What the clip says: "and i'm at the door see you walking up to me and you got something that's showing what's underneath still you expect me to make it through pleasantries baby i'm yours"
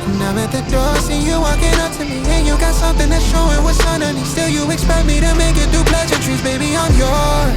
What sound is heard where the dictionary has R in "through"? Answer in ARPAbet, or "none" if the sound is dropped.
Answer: none